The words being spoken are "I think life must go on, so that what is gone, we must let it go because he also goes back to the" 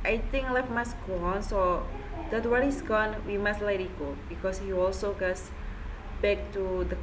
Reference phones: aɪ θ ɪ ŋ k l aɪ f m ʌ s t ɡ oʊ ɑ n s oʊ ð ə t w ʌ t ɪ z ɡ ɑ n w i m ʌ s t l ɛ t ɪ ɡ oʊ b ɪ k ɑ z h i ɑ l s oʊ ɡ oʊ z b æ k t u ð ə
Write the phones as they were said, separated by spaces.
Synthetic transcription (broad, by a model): aɪ t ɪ ŋ k l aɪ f m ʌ s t ɡ oʊ ɑ n s oʊ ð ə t w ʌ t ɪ s ɡ ɑ n w i m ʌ s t l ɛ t ɪ ɡ oʊ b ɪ k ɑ s h i ɑ l s oʊ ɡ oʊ s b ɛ k t u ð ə